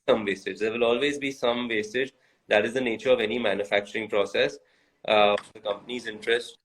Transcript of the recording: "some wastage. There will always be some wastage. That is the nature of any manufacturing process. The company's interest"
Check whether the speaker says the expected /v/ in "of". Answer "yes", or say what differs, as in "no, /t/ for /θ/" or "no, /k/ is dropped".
yes